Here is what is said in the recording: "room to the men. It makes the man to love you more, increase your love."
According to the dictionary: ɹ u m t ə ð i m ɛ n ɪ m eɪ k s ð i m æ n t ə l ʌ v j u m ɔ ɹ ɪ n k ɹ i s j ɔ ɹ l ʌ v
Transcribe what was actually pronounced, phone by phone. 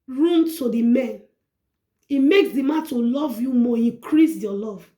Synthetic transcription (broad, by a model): ɹ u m t ə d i m ɛ n ɪ m eɪ k s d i m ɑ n t ə l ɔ v j u m ɔ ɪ k ɹ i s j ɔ l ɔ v